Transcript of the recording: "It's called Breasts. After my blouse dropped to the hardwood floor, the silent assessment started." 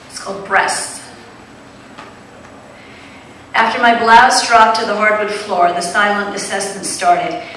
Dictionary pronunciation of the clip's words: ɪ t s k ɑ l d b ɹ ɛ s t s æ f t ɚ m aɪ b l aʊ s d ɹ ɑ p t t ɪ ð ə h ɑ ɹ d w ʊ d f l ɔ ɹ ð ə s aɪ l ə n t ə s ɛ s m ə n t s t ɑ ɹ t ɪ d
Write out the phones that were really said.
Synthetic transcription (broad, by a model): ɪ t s k ɑ l d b ɹ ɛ s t æ f t ɚ m aɪ b l aʊ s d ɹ ɑ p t t ɪ ð ə h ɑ ɹ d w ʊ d f l ɔ ɹ ð ə s aɪ l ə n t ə s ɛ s ə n s t ɑ ɹ t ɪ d